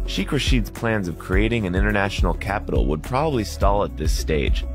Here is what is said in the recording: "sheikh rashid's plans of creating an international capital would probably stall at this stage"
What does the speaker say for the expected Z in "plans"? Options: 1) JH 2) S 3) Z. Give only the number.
3